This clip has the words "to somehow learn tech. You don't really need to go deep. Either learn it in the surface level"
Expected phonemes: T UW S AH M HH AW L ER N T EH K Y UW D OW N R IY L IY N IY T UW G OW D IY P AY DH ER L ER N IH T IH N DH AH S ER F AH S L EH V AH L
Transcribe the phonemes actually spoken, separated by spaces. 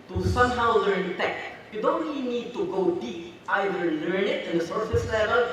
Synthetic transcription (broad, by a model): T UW S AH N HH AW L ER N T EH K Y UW D OW N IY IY N IY T UW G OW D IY AY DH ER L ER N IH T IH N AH S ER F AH S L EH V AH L